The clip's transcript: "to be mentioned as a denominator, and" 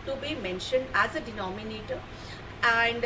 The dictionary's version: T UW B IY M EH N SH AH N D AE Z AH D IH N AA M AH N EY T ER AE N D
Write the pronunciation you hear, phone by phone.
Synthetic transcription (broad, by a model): T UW B IY M EH N SH AH N D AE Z AH D IH N AA M AH N EY T ER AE N D